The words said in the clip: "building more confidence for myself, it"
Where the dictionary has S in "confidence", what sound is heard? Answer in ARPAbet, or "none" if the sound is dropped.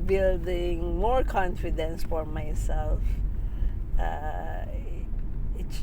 S